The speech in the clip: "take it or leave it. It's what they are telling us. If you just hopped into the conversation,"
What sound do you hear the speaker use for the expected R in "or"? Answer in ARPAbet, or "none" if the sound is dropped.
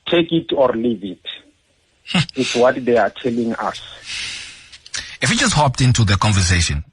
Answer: R